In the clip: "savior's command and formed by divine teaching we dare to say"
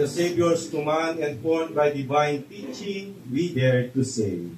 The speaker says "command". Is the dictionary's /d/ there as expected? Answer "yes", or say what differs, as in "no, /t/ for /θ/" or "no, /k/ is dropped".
no, /d/ is dropped